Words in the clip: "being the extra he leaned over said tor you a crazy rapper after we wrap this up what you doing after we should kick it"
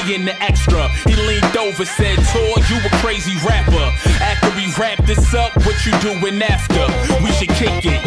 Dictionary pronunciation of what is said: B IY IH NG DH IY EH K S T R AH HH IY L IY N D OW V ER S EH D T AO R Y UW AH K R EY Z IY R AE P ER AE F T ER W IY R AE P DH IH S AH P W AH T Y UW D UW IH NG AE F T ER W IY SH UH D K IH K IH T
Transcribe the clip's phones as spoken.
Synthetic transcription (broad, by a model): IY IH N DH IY EH K S T R AH HH IY L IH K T OW V ER S EH D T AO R Y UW AH K R EY Z IY R AE P ER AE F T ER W IY R AE P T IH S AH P W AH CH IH D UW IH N AE F T ER W IY SH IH D K IH K IH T